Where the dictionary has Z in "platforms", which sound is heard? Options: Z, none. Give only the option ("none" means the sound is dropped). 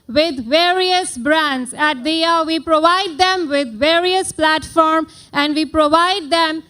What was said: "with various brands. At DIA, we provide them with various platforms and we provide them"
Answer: none